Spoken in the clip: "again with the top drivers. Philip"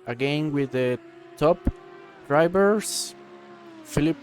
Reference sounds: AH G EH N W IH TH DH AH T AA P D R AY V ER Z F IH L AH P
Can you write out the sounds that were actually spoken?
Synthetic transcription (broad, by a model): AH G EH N W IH DH AH T AA P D R AY B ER S F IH L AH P